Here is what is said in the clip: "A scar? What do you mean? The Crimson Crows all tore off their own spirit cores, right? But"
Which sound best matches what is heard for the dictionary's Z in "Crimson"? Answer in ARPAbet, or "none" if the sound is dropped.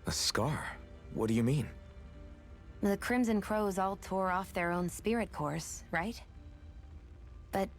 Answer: Z